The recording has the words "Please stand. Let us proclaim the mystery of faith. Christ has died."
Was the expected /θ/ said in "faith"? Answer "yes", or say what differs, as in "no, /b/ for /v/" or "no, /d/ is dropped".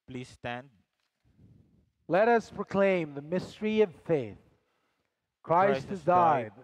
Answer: yes